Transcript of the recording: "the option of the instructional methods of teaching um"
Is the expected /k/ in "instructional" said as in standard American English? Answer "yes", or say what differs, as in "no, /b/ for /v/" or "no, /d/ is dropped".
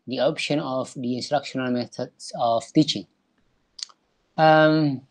yes